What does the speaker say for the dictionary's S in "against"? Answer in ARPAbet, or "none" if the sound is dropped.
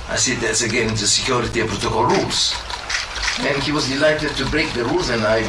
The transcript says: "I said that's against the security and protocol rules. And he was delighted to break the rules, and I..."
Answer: none